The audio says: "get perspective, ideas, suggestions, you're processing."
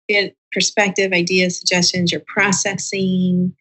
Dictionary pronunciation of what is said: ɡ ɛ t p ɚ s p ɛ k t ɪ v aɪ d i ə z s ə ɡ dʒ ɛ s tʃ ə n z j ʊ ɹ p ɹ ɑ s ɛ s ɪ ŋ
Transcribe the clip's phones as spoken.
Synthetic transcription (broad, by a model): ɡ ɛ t p ɚ s p ɛ k t ɪ v aɪ d i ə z s ə ɡ dʒ ɛ s tʃ ə n z j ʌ ɹ p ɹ ɑ s ɛ s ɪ ŋ